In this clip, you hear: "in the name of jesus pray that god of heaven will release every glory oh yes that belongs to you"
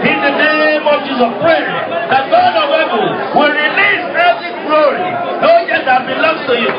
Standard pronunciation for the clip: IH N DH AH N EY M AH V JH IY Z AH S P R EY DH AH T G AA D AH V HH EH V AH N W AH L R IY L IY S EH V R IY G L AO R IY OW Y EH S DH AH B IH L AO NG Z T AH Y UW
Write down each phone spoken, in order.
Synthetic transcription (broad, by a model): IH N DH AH N EY M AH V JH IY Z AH P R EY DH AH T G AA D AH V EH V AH L W AH L R IY L IY S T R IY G L AO R IY OW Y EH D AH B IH L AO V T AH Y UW